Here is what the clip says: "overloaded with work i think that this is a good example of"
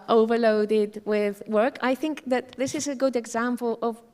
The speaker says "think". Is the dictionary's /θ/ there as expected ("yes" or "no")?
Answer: yes